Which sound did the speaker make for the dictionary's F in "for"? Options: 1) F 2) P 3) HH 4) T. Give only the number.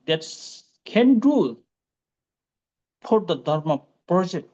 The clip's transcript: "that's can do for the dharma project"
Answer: 2